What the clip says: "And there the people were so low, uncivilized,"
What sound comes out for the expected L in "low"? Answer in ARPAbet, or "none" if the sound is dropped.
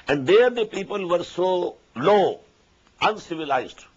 L